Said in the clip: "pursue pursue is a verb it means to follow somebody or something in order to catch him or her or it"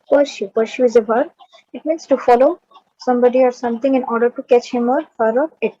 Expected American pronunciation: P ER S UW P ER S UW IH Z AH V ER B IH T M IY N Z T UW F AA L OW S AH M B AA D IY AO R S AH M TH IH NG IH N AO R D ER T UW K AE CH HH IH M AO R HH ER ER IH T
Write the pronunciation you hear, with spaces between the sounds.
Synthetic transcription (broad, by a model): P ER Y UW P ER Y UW IH Z AH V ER IH T M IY N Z T UW F AA L OW S AH M B AA D IY AO R S AH M T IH NG IH N AO R D ER T UW K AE CH HH IH M AO R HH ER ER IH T